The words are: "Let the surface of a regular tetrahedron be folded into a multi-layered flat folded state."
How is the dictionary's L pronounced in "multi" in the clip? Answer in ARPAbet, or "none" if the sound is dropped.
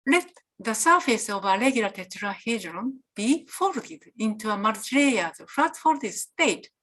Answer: none